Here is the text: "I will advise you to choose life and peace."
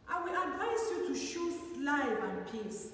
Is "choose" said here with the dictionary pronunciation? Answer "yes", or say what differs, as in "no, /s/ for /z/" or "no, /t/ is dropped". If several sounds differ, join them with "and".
no, /ʃ/ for /tʃ/